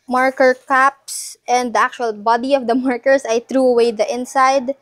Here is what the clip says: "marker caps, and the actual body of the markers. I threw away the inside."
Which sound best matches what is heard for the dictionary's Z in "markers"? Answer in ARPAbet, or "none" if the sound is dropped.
S